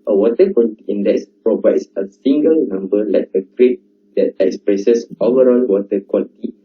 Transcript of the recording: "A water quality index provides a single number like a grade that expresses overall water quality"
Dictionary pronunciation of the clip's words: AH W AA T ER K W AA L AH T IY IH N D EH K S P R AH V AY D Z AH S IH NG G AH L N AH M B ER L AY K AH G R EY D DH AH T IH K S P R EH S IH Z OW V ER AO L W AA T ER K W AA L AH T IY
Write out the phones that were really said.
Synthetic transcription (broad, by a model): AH W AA T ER K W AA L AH T IY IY N D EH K S P R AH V AY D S AH S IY NG G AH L N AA M B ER L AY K AH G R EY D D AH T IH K S P R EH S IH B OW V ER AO N W AA T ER K W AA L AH T IY